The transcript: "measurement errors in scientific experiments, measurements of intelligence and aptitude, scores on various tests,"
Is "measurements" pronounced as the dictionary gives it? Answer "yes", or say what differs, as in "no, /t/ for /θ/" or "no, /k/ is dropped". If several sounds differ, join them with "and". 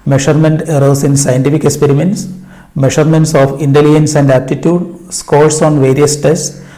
no, /ʃ/ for /ʒ/